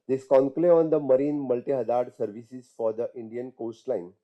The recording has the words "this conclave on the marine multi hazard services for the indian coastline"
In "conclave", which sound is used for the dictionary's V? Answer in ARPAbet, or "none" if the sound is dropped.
none